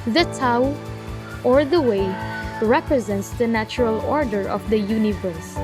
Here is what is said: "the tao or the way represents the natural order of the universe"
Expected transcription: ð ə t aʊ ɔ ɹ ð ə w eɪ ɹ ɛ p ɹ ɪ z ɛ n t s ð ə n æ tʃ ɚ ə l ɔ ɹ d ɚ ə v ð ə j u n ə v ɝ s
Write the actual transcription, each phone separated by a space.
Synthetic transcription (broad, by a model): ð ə t aʊ ɔ ɹ ð ə w eɪ ɹ ɛ p ɹ ɪ z ɛ n t s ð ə n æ tʃ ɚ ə l ɔ ɹ d ɚ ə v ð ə j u n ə v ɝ s